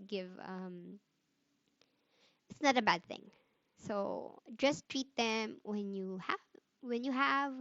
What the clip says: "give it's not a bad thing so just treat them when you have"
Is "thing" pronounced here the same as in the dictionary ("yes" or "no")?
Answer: yes